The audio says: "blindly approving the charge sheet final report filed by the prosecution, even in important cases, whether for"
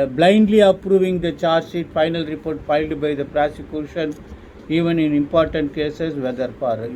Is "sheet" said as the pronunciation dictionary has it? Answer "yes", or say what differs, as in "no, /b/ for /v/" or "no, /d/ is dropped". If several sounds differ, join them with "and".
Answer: no, /s/ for /ʃ/